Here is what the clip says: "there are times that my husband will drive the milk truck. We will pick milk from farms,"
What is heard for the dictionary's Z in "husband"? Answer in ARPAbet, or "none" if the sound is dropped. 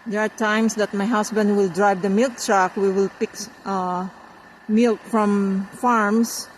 S